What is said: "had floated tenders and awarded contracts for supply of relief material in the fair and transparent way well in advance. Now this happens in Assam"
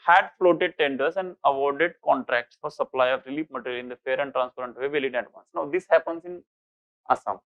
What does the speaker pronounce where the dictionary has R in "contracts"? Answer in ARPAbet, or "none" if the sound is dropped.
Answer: R